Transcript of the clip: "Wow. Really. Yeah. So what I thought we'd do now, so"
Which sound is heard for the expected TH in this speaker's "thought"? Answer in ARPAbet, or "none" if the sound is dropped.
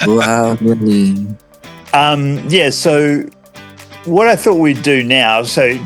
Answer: TH